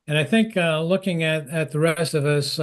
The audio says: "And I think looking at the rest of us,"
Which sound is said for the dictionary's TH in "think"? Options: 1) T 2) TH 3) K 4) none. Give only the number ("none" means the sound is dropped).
2